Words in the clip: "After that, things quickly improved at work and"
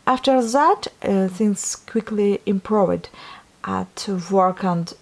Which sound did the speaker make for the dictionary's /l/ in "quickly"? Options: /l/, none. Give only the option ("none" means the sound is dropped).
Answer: /l/